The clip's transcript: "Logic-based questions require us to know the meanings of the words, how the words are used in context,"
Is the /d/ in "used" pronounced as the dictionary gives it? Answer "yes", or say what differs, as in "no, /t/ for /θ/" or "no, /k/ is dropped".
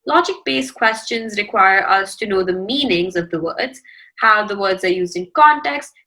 yes